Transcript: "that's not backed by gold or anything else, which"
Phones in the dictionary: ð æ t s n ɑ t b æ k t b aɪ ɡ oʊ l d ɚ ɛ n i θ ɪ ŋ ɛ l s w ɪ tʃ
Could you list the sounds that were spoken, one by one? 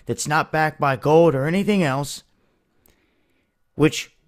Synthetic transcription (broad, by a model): ð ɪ t s n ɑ t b æ k b aɪ ɡ oʊ l d ɚ ɛ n i θ ɪ ŋ ɛ l s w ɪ tʃ